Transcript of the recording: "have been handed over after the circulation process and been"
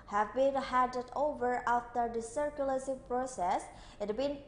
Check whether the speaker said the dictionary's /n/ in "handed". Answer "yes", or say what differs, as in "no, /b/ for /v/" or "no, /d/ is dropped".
no, /n/ is dropped